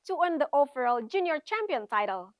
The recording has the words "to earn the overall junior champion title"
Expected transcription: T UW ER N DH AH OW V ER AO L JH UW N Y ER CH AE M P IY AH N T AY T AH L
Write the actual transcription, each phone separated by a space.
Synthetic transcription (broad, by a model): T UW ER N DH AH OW F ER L JH UW N Y ER CH AE M P IY AH N T AY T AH L